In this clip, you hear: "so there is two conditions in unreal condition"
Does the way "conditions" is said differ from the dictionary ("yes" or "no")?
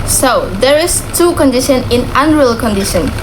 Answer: yes